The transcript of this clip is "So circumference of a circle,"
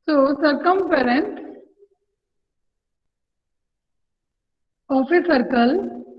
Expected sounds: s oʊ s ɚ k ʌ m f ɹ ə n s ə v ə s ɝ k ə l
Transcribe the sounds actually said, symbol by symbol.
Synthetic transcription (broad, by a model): s oʊ s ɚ k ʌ m p ɹ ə n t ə f ə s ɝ k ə l